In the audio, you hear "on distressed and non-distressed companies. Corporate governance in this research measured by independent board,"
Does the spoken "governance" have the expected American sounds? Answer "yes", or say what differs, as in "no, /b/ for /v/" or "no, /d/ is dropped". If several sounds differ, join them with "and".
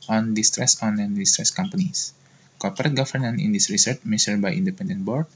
no, /s/ is dropped